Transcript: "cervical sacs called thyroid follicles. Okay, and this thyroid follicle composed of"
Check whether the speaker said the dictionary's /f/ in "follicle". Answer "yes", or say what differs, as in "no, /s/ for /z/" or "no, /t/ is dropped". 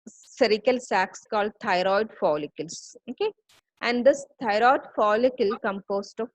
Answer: yes